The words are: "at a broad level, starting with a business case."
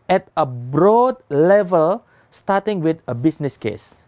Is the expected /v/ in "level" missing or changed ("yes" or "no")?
no